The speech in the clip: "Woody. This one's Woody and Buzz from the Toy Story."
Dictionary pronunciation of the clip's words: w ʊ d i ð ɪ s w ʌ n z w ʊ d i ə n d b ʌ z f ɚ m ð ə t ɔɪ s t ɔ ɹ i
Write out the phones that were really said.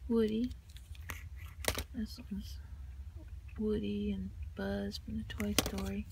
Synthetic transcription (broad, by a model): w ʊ d i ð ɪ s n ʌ z w ʊ d i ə n b ʌ z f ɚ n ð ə t ɔɪ s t ɔ ɹ i